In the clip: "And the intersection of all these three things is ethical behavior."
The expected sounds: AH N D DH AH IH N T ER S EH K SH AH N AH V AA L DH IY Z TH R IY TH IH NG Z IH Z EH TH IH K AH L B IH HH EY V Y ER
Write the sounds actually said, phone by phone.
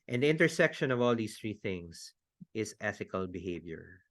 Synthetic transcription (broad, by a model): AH N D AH IH N T ER S EH K SH AH N AH V AA L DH IY S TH R IY TH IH NG S IH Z EH TH IH K AH L B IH HH EY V Y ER